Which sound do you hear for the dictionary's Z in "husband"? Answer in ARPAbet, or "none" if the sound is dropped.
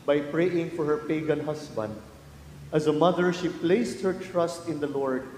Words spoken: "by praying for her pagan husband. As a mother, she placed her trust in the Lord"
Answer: S